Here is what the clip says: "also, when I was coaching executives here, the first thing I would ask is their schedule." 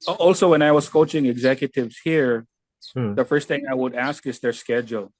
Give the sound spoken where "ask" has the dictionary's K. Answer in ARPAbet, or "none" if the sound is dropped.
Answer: K